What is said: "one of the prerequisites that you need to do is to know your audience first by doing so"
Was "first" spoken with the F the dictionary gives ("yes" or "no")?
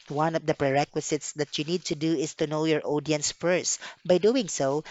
yes